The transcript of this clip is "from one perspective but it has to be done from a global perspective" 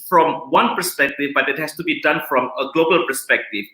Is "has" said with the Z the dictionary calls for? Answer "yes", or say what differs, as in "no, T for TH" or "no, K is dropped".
no, S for Z